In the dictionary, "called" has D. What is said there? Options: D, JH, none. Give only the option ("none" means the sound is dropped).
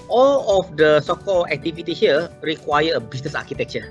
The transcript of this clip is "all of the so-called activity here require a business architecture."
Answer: none